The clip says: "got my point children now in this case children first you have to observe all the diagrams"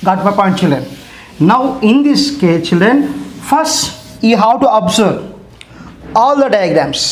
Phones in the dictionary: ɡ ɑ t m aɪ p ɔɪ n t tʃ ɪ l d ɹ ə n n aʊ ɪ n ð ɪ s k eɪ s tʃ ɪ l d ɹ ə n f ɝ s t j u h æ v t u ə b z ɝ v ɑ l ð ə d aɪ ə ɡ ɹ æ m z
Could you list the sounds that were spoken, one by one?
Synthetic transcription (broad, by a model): ɡ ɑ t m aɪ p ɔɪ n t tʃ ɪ l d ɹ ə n n aʊ ɪ n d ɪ s k eɪ tʃ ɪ l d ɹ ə n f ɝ s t j u h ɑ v t u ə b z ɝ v ɑ l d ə d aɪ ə ɡ ɹ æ m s